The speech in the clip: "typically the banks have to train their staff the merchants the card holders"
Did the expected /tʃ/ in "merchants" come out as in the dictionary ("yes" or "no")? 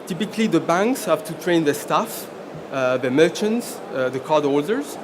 yes